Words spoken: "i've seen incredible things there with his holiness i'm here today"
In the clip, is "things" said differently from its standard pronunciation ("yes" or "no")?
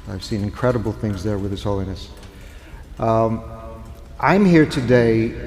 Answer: no